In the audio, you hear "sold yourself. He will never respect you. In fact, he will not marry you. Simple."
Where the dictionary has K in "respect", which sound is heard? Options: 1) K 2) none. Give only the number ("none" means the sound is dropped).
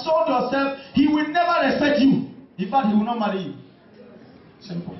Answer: 2